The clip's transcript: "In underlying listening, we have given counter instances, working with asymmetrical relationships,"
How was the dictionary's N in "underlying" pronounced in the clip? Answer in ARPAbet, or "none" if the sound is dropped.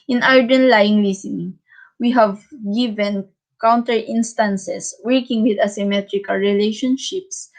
none